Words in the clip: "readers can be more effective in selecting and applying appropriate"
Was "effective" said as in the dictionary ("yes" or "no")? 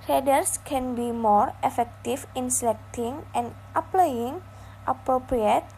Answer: no